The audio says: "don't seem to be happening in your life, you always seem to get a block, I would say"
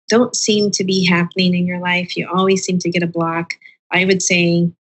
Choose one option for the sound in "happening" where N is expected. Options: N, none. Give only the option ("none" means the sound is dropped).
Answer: N